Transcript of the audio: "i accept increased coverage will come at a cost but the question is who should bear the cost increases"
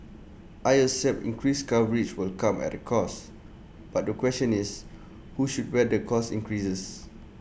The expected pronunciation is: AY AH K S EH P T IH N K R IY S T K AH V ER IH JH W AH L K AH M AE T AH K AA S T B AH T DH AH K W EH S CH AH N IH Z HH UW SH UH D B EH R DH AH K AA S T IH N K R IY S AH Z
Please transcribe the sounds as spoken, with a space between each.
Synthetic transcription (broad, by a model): AY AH S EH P IH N K R IY S K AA V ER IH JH W AH L K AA M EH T AH K AA S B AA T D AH K W EH S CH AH N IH S HH UW SH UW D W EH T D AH K AA S IH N K R IY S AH S